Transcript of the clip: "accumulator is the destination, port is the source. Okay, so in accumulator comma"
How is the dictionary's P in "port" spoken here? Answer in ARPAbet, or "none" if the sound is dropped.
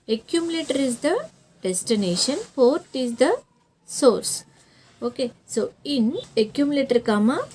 F